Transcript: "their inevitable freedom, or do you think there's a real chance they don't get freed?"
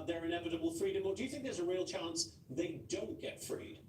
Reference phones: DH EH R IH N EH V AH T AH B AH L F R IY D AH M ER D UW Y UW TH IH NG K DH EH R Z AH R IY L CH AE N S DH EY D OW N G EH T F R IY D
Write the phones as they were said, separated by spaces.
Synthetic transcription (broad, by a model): DH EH R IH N EH V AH T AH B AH L F R IY D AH M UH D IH Y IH TH IH NG K DH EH R Z AH R IY L CH AE N S DH EY D OW N G EH T F R IY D